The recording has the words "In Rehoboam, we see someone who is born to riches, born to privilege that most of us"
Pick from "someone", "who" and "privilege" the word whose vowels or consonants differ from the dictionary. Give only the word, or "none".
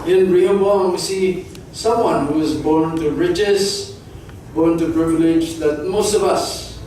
privilege